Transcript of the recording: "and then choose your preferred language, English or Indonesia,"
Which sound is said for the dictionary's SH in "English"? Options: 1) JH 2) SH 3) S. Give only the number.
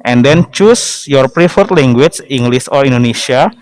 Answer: 3